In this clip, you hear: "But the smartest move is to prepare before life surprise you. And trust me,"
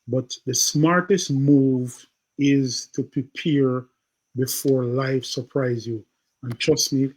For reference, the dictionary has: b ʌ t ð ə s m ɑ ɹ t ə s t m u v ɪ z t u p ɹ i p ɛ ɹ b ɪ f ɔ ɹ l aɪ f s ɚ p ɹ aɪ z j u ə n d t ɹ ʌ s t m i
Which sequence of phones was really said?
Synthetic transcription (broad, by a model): b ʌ t ð ə s m ɑ ɹ t ə s t m u v ɪ z t u p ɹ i p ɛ ɹ b ɪ f ɔ ɹ l aɪ f s ɚ p ɹ aɪ z j u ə n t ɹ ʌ s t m i